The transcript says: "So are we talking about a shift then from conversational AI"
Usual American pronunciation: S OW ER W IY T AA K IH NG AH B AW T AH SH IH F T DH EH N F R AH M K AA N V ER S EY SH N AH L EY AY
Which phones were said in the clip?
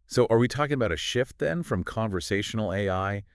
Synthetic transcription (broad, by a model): S OW ER W IY T AA K IH NG AH B AW T AH SH IH F T DH EH N F R AH M K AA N V ER S EY SH N L EY AY